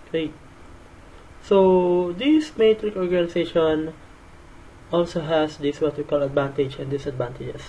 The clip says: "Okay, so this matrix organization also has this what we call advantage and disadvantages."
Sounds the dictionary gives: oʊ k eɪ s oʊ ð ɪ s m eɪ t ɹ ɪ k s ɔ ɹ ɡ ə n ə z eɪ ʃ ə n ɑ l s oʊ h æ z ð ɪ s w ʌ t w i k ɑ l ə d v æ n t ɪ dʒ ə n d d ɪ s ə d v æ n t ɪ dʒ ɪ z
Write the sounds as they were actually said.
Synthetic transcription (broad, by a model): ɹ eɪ s oʊ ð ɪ s m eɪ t ɹ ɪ k ɔ ɹ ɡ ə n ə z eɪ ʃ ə n ɑ l s oʊ h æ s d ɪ s w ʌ t w i k ɑ l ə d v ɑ n t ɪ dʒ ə n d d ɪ s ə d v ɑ n t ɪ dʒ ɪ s